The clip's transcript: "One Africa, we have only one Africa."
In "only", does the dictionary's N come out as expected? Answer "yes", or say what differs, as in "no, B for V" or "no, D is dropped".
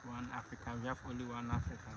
no, N is dropped